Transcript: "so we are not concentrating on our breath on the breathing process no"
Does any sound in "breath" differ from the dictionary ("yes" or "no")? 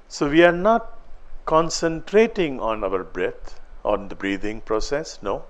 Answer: yes